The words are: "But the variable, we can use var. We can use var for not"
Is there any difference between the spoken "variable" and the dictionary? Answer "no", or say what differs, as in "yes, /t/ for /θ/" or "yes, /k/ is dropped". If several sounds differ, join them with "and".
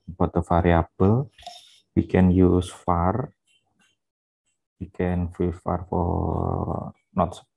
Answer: yes, /f/ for /v/